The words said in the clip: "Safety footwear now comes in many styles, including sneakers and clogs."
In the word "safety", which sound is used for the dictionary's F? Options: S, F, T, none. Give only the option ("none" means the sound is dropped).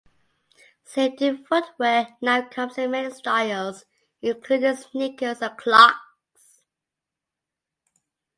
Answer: none